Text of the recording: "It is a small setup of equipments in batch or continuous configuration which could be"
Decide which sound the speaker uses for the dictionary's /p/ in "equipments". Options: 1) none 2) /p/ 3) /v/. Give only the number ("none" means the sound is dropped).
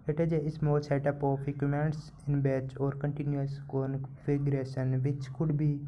1